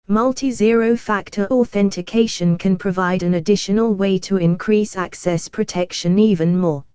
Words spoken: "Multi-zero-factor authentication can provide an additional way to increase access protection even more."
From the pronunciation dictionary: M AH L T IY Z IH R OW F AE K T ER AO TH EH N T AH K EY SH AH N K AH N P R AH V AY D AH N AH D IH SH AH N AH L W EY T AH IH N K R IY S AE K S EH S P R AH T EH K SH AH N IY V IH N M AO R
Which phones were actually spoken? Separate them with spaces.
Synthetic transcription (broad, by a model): M AH L T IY Z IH R OW F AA K T ER AO TH EH N T AH K EY SH AH N K AH N P R AH V AY D AH N AH D IH SH AH N AH L W EY T AH IH N K R IY S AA K S EH S P R AH T EH K SH AH N IY V IH N M AO